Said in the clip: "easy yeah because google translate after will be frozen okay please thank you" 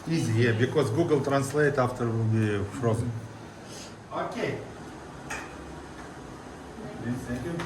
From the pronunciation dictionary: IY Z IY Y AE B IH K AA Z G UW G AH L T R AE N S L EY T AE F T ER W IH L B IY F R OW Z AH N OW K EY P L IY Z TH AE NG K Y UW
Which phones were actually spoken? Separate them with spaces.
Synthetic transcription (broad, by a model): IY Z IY Y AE B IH K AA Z G UW G AH L T R AE N S L EY T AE F T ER W IH L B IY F R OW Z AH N OW K EY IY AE K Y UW